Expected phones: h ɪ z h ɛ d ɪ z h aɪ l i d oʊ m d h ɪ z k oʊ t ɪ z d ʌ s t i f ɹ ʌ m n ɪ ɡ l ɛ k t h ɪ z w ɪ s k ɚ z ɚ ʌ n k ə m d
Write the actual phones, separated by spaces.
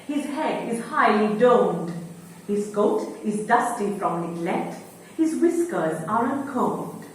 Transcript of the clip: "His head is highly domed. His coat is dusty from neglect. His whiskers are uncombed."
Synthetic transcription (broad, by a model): h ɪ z h ɛ d ɪ z h aɪ l i d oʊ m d h ɪ z k oʊ t ɪ z d ʌ s t i f ɹ ʌ m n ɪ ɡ l ɛ t h ɪ z w ɪ s k ɚ z ɚ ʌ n k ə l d